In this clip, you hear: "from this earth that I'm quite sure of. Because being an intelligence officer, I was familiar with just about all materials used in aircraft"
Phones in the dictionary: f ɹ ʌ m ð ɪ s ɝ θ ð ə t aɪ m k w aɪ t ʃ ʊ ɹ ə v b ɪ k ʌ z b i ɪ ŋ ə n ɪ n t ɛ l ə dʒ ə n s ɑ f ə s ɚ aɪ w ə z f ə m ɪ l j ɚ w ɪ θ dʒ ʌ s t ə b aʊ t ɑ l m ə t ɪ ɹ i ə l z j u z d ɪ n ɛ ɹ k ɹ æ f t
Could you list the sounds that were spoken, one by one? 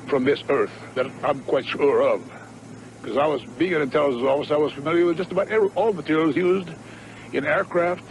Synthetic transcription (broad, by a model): f ɹ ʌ m ð ɪ s ɝ θ ð ə t aɪ m k w aɪ t ʃ ʊ ɹ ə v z ɪ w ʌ z b i ɪ ŋ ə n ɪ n t ɛ l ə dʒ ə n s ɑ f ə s aɪ w ə z f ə m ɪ l j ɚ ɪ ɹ dʒ ʌ s t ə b aʊ t ɑ l m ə t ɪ ɹ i l z j u z d ɪ n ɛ ɹ k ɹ æ f t